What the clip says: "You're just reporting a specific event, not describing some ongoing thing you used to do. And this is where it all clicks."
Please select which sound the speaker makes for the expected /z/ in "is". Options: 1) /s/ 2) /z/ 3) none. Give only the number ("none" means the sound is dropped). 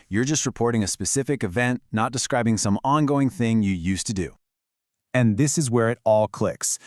2